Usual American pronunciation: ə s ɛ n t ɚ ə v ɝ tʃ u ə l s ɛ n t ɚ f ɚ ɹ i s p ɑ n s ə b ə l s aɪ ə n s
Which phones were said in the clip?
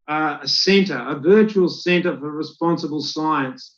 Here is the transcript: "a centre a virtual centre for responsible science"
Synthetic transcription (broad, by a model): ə s ɛ n t ɚ ə v ɝ tʃ u ə l s ɛ n t ɚ f ɚ ɹ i s p ɑ n s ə b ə l s aɪ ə n s